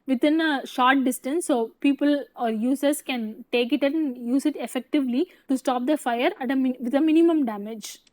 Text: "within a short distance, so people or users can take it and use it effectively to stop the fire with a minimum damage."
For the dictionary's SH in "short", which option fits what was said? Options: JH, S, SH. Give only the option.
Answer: SH